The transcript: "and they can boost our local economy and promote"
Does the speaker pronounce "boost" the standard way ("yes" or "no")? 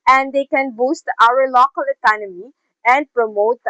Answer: yes